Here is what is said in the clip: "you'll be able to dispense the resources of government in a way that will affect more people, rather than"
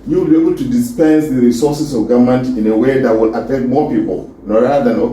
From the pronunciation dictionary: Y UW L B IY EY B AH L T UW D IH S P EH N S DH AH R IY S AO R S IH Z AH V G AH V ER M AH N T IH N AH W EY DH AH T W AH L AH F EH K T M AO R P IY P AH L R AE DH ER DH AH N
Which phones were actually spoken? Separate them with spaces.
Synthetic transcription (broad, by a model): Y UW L B IY EY B AH L T UW D IH S P EH N S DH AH R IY S AO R S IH S AH V G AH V M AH N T IH N AH W EY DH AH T W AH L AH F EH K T M AO P IY P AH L R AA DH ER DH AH N